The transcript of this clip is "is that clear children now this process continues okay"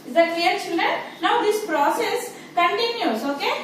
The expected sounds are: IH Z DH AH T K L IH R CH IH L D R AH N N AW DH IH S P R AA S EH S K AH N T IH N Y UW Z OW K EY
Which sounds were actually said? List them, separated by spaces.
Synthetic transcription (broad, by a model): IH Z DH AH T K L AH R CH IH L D AH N N AW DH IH S P R AA S EH S K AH N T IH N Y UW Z OW K EY